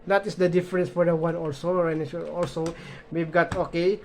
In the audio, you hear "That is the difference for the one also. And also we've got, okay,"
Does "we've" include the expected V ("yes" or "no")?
no